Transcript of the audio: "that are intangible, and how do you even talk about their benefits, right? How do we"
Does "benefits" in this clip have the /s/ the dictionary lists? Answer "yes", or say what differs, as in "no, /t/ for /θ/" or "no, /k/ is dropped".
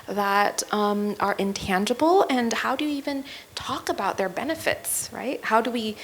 yes